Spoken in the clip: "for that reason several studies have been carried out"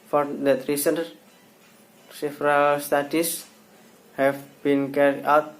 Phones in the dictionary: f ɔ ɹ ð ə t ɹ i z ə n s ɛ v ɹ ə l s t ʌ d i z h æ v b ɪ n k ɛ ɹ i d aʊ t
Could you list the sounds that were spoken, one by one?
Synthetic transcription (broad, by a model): f ɔ ɹ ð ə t ɹ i s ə n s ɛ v ɹ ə l s t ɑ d i s h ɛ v b ɪ n k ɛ ɹ i aʊ t